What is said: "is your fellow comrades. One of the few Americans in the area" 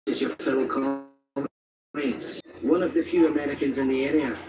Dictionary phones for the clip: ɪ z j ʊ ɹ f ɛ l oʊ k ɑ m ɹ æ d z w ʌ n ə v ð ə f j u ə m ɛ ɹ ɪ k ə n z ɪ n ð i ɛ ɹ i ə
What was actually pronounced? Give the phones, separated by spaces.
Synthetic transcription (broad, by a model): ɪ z j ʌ ɹ f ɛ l k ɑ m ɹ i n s w ʌ n ə v ð ə f j u ə m ɛ ɹ ɪ k ə n z ɪ n ð i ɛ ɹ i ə